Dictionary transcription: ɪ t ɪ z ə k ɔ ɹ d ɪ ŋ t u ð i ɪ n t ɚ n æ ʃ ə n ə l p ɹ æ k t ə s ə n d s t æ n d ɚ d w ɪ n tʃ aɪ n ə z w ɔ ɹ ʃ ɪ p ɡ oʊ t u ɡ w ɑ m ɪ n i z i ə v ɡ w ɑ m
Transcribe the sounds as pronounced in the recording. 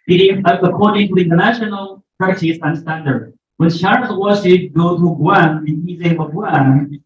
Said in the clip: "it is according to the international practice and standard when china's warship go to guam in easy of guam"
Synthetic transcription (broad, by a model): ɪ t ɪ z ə k ɔ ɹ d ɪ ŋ t u ð i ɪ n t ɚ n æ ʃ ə n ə l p ɑ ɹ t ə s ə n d s t æ n d ɚ d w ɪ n ʃ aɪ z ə w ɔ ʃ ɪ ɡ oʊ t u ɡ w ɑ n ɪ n i z i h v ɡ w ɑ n